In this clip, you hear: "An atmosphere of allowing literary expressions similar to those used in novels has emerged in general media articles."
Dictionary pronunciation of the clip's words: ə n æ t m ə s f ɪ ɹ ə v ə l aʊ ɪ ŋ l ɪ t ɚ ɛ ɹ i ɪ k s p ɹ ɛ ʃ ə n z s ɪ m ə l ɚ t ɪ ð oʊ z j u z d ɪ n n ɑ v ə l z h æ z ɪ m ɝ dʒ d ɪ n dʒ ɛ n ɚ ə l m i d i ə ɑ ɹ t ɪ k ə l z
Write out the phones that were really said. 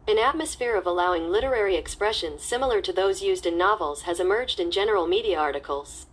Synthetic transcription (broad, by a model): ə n æ t m ə s f ɪ ɹ ə v ə l aʊ ɪ ŋ l ɪ t ɚ ɛ ɹ i ɪ k s p ɹ ɛ ʃ ə n z s ɪ m l ɚ t ɪ ð oʊ z j u z d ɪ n n ɑ v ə l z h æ z ɪ m ɝ dʒ d ɪ n dʒ ɛ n ɚ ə l m i d i ə ɑ ɹ t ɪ k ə l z